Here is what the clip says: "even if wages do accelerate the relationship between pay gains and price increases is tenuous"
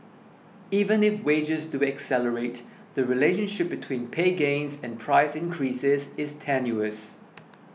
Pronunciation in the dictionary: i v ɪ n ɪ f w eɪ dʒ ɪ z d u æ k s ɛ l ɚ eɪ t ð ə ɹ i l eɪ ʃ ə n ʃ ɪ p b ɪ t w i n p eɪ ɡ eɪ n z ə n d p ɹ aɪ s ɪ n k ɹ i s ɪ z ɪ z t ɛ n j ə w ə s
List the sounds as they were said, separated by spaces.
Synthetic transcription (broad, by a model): i v ɪ n ɪ f w eɪ dʒ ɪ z d u æ k s ɛ l ɚ eɪ t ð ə ɹ i l eɪ ʃ ə n ʃ ɪ p b ɪ t w i n p eɪ ɡ eɪ n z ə n p ɹ aɪ s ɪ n k ɹ i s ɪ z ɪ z t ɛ n j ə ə s